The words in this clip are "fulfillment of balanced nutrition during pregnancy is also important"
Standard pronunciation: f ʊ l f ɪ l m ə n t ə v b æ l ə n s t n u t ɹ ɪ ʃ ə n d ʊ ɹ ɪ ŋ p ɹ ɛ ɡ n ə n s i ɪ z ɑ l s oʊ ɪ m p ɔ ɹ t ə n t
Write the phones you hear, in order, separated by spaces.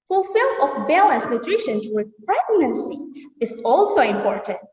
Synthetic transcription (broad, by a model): f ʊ l f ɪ l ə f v b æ l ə n s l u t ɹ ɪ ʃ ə n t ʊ w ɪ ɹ p ɹ ɛ ɡ n ə n s i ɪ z ɑ l s oʊ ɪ m p ɔ ɹ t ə n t